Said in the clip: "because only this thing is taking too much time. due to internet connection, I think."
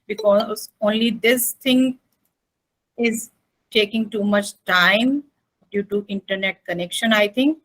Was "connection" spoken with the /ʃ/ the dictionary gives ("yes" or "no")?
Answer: yes